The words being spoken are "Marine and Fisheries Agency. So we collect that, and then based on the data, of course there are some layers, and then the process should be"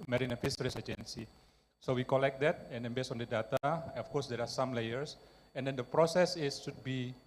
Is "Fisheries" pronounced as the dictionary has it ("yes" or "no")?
no